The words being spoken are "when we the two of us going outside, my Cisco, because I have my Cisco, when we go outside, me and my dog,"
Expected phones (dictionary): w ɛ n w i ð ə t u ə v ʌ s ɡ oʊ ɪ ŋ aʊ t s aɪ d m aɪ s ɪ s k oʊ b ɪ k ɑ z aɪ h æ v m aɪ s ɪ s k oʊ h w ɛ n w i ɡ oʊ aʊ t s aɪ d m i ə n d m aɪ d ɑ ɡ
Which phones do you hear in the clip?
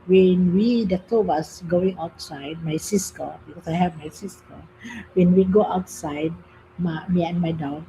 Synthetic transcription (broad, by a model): w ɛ n w i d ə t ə w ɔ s ɡ oʊ ɪ ŋ aʊ t s aɪ d m aɪ s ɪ s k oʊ b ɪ k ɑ s aɪ h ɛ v m aɪ s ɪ s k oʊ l w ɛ n w i ɡ oʊ aʊ t s aɪ d m i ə n m aɪ d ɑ